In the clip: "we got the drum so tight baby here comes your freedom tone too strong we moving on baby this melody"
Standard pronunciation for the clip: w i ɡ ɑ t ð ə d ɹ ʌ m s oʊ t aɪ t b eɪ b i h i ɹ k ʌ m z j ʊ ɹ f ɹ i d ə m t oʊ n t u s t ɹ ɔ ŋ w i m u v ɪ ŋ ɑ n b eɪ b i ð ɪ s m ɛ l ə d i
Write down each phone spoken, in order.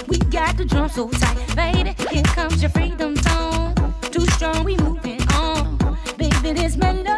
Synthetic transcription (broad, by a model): w i ɡ ɑ t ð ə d ɹ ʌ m s oʊ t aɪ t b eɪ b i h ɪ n k ʌ m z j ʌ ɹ f ɹ i d ə m s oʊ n t u s t ɹ ɔ ŋ w i m u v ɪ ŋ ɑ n b eɪ b i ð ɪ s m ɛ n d